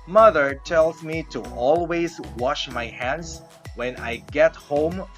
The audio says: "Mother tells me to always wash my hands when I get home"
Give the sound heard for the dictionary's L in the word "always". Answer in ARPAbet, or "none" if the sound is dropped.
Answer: L